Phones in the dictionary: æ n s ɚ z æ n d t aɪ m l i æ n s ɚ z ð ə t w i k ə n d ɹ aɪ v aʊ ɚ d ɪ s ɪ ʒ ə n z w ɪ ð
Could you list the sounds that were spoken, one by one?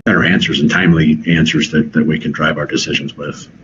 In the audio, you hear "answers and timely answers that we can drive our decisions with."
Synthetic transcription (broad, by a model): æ n s ɚ z n t aɪ m l i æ n s ɚ z ð ə t w i k n d ɹ aɪ v aʊ ɚ d ɪ s ɪ ʒ ə n z w ɪ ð